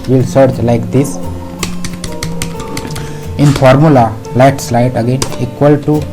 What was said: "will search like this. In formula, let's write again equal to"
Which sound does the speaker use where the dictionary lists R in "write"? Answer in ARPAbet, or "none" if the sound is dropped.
L